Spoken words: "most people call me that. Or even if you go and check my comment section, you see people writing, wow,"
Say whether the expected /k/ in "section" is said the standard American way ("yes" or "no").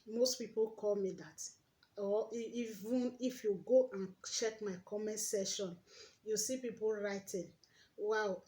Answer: no